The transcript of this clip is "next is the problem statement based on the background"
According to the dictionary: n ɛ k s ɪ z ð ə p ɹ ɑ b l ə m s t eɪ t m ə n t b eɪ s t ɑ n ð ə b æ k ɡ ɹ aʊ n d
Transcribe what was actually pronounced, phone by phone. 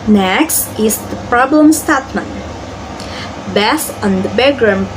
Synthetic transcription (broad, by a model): n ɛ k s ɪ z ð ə p ɹ ɑ b l ə m s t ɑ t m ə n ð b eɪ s ɑ n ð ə b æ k ɡ ɹ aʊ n